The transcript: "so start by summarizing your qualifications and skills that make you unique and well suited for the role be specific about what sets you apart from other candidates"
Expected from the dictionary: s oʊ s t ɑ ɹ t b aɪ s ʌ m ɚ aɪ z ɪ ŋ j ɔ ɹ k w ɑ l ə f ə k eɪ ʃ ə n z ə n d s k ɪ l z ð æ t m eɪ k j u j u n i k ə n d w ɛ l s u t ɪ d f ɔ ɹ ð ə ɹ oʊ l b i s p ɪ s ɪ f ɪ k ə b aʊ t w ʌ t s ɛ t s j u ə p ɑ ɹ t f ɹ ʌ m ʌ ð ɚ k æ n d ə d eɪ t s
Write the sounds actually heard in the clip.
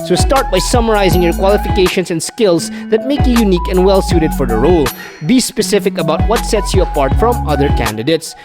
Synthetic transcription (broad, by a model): s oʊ s t ɑ ɹ t b aɪ s ʌ m ɚ aɪ z ɪ ŋ j ɔ ɹ k w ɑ l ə f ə k eɪ ʃ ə n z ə n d s k ɪ l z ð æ t m eɪ k j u j u n i k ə n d w ɛ l s u t ɪ d f ɔ ɹ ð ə ɹ oʊ l b i s p ɪ s ɪ f ɪ k ə b aʊ t w ʌ t s ɛ t s j u ə p ɑ ɹ t f ɹ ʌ m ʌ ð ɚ k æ n d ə d eɪ t s